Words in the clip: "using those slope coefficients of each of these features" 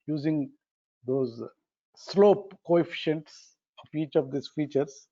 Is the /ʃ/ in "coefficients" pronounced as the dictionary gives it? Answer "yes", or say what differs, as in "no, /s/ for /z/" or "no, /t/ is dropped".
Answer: yes